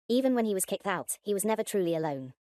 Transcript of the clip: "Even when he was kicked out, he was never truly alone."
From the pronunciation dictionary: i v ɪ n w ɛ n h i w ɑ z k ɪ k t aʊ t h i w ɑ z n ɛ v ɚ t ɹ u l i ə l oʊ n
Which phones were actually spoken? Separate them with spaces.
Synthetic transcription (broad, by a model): i v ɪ n w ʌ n i w ɑ z k ɪ k t aʊ t h i w ɑ z n ɛ v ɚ t ɹ u l i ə l oʊ n